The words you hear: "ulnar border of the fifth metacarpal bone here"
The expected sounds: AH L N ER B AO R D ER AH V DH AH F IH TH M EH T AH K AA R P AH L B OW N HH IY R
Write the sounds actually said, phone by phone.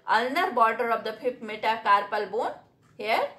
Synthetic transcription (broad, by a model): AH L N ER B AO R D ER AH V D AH P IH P M EH T AH K AA R P AH L B OW N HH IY R